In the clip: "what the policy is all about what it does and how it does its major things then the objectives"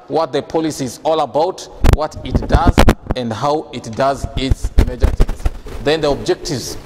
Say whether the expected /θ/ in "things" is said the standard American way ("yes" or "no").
no